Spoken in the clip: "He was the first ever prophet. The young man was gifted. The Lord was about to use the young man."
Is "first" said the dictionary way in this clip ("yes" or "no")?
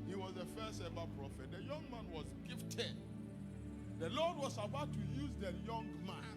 no